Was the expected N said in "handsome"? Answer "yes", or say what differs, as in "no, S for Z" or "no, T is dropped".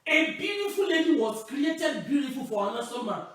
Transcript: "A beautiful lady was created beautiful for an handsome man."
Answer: no, N is dropped